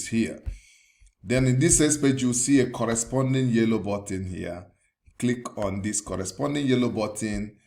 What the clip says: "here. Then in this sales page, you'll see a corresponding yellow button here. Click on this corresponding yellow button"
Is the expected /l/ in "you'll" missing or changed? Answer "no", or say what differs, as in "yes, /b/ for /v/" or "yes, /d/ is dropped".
yes, /w/ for /l/